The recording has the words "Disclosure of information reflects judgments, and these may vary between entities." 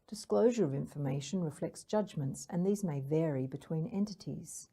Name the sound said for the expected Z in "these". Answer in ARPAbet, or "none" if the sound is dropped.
Z